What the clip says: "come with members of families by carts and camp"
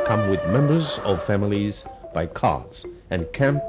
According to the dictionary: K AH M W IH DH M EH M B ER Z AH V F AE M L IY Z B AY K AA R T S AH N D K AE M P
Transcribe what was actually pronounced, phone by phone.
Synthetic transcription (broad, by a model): K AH M W IH DH M EH M B ER Z AH V F AE M L IY Z B AY K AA R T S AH N K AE M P